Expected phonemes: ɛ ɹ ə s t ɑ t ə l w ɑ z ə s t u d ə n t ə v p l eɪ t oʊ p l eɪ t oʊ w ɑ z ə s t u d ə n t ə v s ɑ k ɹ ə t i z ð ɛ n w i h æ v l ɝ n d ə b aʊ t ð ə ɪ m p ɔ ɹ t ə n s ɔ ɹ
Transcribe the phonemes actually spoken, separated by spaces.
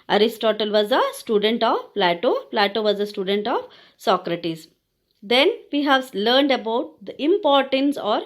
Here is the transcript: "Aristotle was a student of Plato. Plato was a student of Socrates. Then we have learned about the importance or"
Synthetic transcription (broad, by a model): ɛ ɹ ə s t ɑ t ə l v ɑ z ə s t u d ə n t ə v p l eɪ t oʊ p l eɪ t oʊ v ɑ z ə s t u d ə n t ə v s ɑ k ɹ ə t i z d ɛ n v i h æ v l ɝ n d ə b aʊ t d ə ɪ m p ɔ ɹ t ə n s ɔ ɹ